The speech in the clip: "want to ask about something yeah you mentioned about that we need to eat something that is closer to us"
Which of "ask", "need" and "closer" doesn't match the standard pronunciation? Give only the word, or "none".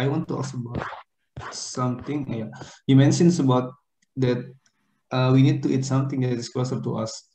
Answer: ask